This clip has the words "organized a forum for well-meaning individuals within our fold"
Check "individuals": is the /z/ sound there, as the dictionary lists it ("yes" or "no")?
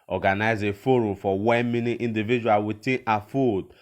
no